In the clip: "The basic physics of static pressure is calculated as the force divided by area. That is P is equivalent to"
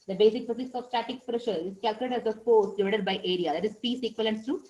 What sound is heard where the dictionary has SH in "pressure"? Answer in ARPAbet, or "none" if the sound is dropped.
SH